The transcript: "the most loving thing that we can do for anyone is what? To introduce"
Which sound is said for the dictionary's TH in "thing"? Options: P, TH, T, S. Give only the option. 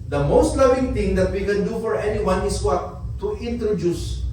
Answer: T